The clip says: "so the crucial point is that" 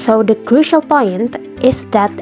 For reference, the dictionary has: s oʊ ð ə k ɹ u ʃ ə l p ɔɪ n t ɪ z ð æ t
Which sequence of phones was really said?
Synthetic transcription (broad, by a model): s oʊ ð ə k ɹ u ʃ ə l p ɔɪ n t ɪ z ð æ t